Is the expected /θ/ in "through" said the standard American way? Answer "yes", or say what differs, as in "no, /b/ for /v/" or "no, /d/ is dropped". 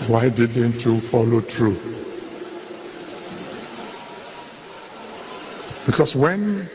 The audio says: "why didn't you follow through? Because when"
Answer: no, /t/ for /θ/